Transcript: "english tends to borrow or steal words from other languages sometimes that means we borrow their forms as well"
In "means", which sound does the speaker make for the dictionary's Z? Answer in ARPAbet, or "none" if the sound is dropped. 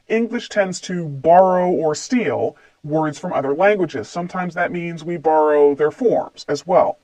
Z